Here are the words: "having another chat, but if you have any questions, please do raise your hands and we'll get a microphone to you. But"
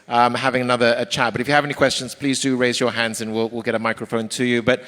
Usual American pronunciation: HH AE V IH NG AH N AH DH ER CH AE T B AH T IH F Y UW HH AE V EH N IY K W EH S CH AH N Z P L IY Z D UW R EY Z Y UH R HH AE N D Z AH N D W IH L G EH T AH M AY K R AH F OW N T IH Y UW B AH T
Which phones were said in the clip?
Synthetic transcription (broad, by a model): HH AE V IH NG AH N AH DH ER CH AE T B AH T IH F Y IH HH V EH N IY K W EH S CH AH N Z P L IY Z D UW R EY Z Y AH R HH AE N D Z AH N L W IH L G EH T AH M AY K R AH F OW N T IH Y UW B AH T